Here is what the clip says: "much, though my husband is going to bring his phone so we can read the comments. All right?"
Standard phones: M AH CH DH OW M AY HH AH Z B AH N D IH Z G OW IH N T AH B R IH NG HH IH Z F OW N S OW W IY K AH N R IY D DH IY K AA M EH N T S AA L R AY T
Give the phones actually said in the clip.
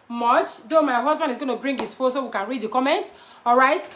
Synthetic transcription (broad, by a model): M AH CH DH OW M AY HH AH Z B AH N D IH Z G OW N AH B R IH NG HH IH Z F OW S OW W IY K AH N R IY D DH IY K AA M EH N T AA L R AY T